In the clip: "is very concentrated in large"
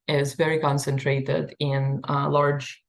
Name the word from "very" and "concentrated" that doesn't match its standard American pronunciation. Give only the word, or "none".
none